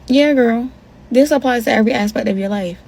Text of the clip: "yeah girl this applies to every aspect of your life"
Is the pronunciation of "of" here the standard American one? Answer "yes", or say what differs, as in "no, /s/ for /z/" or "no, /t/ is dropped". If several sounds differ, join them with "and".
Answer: yes